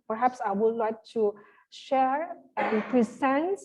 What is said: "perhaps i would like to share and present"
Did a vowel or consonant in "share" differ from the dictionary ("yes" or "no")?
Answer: no